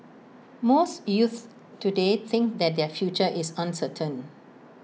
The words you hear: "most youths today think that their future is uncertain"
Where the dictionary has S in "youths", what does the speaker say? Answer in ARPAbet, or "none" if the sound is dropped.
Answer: none